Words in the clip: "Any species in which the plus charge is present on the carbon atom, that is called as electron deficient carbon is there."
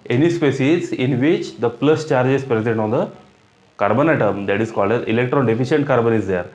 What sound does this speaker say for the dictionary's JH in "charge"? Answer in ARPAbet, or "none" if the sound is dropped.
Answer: JH